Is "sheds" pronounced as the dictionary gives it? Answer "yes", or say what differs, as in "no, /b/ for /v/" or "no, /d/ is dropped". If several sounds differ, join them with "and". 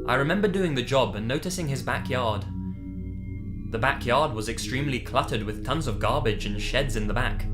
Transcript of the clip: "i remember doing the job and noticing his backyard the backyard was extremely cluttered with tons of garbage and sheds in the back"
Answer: yes